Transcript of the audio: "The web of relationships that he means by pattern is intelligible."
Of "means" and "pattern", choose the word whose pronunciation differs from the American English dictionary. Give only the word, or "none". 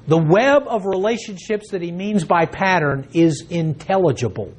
none